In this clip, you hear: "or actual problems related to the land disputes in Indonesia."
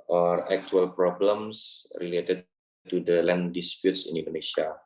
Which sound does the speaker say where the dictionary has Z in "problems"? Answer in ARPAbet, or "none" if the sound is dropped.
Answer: S